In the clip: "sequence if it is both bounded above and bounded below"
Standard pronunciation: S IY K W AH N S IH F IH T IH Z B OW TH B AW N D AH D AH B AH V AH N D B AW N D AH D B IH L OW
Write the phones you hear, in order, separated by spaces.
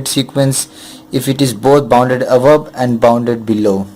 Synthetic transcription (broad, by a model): S IY K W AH N S IH F IH T IH Z B OW T B AW N D AH D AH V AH P AH N D B AW N D AH D B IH L OW